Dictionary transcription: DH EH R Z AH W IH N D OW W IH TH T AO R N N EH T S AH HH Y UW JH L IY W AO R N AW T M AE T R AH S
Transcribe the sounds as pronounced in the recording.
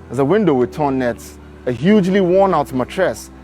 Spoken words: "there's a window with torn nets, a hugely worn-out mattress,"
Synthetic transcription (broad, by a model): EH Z AH W IH N D OW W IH T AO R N N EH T AH HH Y UW JH L IY W AO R N AW T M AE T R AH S